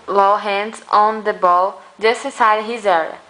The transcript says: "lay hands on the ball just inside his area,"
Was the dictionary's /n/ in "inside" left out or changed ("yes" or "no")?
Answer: yes